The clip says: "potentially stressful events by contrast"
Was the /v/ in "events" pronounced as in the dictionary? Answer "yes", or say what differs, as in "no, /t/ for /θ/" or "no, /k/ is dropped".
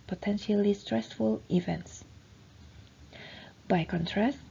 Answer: yes